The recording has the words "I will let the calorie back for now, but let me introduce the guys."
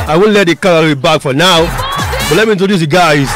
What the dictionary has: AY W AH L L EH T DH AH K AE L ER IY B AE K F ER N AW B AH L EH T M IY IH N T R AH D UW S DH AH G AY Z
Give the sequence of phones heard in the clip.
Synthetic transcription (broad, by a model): AY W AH N L EH T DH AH K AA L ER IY B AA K F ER N AW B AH L EH T M IY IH N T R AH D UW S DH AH G AY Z